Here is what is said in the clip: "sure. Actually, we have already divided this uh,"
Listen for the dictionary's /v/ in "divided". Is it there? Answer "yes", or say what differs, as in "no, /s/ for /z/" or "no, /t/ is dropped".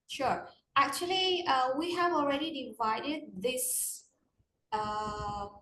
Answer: yes